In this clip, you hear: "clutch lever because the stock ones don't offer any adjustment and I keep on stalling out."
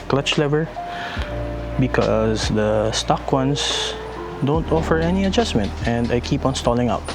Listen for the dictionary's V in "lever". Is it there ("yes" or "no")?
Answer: yes